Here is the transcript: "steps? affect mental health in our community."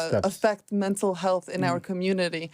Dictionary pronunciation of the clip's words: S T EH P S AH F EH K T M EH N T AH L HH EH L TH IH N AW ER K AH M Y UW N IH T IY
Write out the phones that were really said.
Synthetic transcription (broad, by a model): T AH F EH K T M EH N T L HH EH L TH IH N AW ER K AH M Y UW N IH T IY